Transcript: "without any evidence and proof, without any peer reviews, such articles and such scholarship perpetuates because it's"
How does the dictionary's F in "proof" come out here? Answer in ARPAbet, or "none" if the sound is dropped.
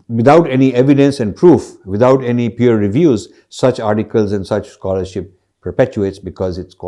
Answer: F